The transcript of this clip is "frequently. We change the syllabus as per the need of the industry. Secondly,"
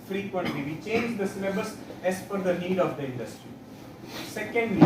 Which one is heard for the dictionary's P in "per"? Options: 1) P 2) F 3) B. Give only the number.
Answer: 2